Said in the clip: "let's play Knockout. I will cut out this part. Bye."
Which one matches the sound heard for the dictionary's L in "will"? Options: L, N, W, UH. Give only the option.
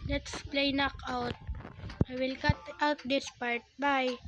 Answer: L